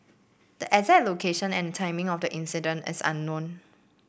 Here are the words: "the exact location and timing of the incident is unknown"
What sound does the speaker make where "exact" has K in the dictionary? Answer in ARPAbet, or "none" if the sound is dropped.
none